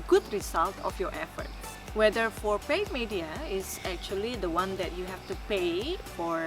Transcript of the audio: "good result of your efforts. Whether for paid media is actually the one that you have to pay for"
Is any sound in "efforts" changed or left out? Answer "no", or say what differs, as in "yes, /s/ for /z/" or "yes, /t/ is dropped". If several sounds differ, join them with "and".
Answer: yes, /s/ is dropped